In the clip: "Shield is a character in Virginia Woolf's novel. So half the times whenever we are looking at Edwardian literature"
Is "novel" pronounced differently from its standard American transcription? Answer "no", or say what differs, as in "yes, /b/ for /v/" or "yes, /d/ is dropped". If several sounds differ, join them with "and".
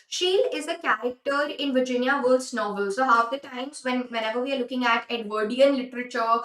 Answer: no